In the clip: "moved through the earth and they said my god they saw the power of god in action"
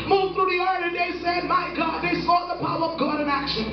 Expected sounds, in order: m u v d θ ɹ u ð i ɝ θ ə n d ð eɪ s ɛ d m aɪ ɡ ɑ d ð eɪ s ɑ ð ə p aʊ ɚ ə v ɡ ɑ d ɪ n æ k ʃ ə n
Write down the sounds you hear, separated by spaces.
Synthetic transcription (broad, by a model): m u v θ ɹ u ð i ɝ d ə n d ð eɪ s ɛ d m aɪ ɡ ɑ d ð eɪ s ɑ ð ə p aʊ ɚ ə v ɡ ɑ d ɪ n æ k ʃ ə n